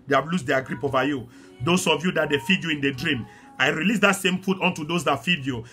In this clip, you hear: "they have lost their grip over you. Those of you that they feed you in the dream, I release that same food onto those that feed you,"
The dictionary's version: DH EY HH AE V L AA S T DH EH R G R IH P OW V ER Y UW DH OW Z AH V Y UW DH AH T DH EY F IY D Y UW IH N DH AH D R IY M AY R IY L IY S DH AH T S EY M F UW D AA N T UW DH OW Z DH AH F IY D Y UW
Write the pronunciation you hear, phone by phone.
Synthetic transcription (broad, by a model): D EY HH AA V L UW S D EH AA G R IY P OW V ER Y UW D OW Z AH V Y UW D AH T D EY F IY D Y UW IH N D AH D R IY M AY R IY L IY S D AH T S EY M P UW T AA N T UW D OW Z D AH F IY D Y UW